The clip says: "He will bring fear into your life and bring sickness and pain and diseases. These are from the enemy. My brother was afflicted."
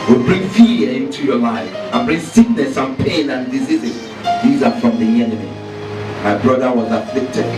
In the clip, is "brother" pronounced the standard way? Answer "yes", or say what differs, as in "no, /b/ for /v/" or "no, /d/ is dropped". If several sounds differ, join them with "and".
yes